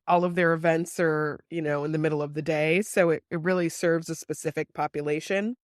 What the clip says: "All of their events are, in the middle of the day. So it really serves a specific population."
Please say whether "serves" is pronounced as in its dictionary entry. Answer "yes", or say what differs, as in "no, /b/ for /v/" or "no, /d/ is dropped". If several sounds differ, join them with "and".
yes